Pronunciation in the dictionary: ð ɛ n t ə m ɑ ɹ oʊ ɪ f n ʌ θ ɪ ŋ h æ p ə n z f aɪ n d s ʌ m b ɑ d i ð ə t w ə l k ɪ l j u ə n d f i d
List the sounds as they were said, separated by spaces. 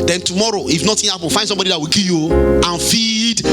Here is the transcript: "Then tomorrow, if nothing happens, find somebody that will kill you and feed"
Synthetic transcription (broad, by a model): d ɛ n t ə m ɑ ɹ oʊ ɪ f n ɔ t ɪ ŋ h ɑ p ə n f aɪ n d s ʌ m b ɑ d i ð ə t w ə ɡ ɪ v j u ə n f i d